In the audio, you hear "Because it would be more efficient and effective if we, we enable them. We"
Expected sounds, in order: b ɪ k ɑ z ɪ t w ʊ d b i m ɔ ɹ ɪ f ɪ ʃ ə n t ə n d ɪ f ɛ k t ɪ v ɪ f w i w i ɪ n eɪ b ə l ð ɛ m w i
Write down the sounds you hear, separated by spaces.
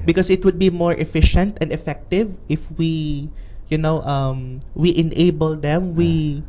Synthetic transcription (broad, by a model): b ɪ k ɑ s ɪ t w ʊ d b i m ɔ ɹ ɪ f ɪ ʃ ə n t ə n d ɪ f ɛ k t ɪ v ɪ f w i w i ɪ n eɪ b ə l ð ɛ m w i